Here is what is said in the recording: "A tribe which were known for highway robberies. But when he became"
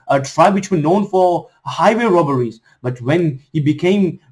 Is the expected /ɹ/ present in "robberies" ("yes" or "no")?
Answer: yes